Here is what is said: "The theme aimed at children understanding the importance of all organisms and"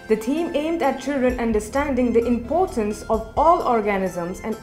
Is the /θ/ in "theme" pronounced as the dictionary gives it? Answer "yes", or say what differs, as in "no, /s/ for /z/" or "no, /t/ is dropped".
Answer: no, /t/ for /θ/